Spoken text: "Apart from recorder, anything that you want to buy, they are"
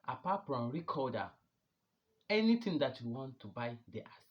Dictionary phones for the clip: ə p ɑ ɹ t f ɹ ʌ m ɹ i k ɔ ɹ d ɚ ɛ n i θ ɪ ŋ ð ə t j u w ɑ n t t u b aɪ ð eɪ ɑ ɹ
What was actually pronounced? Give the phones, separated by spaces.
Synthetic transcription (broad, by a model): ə p ɑ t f ɹ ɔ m ɹ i k ɔ d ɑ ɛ n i t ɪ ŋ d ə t j u w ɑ n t t u b aɪ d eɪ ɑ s